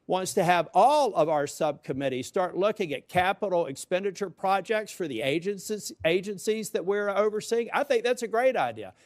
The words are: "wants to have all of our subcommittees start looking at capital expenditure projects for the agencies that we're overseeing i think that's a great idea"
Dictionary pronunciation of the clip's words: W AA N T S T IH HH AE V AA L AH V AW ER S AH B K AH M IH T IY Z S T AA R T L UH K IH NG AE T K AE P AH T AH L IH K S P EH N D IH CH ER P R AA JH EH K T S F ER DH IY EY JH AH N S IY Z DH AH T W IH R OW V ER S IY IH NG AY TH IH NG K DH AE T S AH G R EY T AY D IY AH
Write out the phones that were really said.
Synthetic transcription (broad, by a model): W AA N T S T IH V AA L AH V AW ER S AH B K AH M IH T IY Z S T AA R T L UH K IH NG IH T K AE P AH T L IH K S P EH N D IH CH ER P R AA JH EH K T S F ER DH IY EY JH AH N S IY Z DH AH T W IH R OW V ER S IY IH NG AY TH IH NG K DH AE T S AH G R EY T AY D IY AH